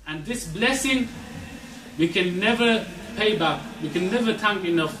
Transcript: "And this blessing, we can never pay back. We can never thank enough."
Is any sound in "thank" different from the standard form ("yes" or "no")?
yes